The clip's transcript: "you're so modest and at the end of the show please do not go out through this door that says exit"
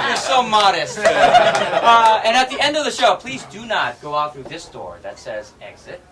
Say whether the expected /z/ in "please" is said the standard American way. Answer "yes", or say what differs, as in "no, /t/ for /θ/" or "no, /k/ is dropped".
yes